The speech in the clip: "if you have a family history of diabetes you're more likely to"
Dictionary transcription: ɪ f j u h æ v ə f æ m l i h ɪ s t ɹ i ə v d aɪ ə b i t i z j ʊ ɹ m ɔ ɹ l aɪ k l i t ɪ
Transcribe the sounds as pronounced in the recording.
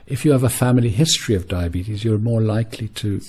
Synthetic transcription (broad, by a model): ɪ f j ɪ v ə f æ m l i h ɪ s t ɹ i ə v d aɪ ə b i t i z j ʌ ɹ m ɔ ɹ l aɪ k l i t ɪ